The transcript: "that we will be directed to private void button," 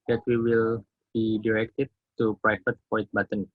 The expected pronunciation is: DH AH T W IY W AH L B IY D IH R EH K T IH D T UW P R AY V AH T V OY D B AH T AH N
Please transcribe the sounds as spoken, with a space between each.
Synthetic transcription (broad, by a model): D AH T W IY W AH L B IY D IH R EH K T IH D T UW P R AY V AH T P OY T B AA T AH N